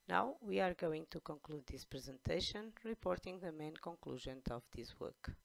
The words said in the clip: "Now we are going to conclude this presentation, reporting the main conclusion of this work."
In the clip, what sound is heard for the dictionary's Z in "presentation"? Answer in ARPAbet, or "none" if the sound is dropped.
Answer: Z